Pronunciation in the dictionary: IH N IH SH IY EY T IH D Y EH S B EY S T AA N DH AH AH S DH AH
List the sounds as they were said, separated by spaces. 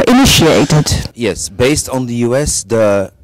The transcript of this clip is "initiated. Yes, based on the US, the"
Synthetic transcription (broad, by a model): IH N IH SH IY EY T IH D Y EH S B EY S T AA N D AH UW S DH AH